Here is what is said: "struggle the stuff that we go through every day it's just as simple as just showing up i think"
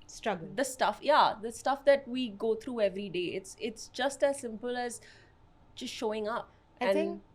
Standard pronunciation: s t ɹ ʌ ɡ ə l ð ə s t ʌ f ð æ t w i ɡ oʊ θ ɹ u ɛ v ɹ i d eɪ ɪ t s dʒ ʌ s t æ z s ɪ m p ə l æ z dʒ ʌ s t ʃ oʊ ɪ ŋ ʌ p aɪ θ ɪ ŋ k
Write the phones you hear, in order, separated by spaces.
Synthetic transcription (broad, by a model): s t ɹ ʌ ɡ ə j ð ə s t ʌ f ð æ t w i ɡ oʊ t ɹ u ɛ v ɹ i d eɪ ɪ t s dʒ ʌ s t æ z s ɪ m p ə l æ z dʒ ʌ s t ʃ oʊ ɪ ŋ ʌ p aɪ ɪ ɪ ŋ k